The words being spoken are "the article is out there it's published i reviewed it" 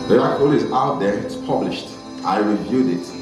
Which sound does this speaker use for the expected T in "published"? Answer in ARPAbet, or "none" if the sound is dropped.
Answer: T